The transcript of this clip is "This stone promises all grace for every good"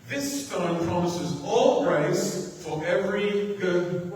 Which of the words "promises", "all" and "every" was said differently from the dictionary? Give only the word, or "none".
none